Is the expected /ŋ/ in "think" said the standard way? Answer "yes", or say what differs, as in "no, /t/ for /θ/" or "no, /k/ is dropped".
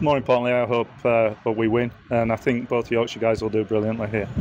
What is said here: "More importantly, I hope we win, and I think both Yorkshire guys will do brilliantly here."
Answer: yes